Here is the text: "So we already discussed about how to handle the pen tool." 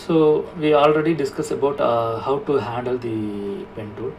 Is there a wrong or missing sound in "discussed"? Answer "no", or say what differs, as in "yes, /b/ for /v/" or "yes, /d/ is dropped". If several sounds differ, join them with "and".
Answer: yes, /t/ is dropped